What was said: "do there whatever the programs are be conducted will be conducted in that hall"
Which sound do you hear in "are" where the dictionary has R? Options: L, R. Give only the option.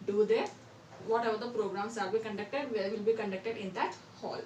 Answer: L